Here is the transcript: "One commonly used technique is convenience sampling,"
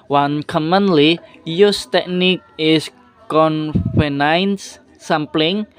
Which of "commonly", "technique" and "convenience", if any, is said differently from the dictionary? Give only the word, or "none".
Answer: convenience